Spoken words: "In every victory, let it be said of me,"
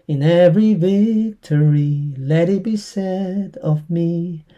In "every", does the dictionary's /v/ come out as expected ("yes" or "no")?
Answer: yes